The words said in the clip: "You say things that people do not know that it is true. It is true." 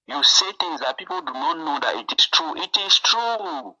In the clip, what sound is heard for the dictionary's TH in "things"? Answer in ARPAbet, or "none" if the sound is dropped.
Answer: T